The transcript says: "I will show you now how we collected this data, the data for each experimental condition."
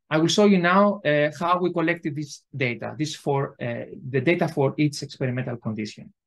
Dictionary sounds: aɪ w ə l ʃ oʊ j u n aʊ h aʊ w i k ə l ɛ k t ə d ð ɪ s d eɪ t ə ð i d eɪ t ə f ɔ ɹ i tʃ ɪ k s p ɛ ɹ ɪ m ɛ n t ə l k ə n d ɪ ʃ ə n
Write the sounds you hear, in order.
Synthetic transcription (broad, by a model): aɪ w ə l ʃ oʊ j u n aʊ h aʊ w i k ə l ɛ k t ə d ð ɪ s d eɪ t ə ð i d eɪ t ə f ɔ ɹ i s ɪ k s p ɛ ɹ ɪ m ɛ n t ə l k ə n d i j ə n